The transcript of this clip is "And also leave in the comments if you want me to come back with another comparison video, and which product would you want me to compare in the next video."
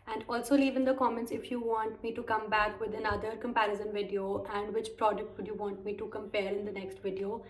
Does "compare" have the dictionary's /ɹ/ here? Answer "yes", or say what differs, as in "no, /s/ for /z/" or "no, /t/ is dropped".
no, /l/ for /ɹ/